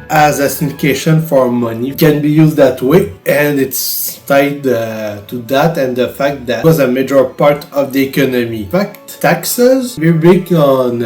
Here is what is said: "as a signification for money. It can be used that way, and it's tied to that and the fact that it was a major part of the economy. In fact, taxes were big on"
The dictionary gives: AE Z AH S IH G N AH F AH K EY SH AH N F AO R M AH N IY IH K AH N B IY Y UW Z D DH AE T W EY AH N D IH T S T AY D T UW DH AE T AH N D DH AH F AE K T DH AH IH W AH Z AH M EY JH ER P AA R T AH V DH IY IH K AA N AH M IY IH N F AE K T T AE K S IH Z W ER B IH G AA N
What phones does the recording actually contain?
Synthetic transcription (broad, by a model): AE Z AH S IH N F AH K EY SH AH N F AO R M AH N IY K AH N B IY Y UW Z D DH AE T W EY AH N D IH T S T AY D T UW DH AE T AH N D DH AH F AE K T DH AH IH W AH Z AH M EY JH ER P AA R T AH V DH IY IH K AA N AH M IY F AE K T T AE K S IH Z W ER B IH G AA N